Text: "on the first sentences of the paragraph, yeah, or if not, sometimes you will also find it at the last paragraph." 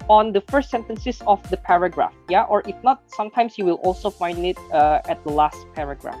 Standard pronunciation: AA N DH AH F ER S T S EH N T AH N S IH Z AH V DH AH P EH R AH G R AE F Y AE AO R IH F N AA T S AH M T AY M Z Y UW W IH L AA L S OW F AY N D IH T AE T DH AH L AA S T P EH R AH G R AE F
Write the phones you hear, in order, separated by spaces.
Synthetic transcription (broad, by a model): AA N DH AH F ER S T S EH N T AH N S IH S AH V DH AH P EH R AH G R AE F Y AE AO R IH F N AA T S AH M T AY M S Y UW W IH L AA L S OW F AY N D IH T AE T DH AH L AA S T P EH R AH G R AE F